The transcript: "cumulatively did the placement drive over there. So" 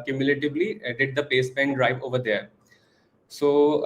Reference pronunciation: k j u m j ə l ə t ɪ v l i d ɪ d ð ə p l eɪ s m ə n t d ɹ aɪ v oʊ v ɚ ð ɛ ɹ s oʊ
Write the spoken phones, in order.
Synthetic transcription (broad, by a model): k j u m j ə l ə t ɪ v l i d ɪ d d ə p eɪ s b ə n d ɹ aɪ v oʊ v ɚ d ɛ ɹ s oʊ